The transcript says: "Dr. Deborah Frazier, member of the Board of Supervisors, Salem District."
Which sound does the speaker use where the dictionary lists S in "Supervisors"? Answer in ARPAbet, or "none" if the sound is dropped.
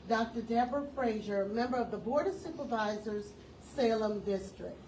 S